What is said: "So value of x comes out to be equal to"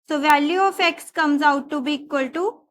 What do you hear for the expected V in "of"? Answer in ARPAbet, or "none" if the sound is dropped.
F